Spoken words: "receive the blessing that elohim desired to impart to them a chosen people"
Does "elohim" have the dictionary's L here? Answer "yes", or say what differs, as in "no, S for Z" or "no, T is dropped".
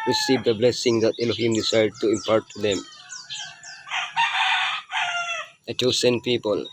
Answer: yes